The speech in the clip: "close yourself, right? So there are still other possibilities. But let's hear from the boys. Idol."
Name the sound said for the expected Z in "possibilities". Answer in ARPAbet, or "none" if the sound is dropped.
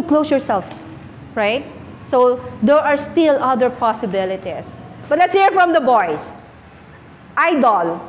S